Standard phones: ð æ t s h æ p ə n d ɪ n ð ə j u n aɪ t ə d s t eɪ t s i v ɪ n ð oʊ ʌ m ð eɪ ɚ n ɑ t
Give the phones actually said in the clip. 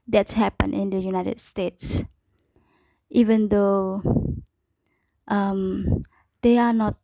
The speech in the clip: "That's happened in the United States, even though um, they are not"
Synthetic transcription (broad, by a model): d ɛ t s h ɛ p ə n ɪ n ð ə j u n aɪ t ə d s t eɪ t s i v ɪ n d oʊ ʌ m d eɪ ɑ n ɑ t